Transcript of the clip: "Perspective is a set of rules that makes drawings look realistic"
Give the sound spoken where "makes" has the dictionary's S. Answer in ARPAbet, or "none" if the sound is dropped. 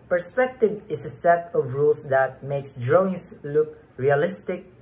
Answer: S